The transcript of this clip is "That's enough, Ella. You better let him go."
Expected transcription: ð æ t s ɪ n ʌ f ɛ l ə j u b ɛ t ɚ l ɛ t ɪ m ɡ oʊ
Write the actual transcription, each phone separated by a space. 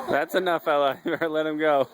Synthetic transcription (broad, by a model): ð æ t s ɪ n ʌ f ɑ ə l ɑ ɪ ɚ l ɛ t ɪ m ɡ oʊ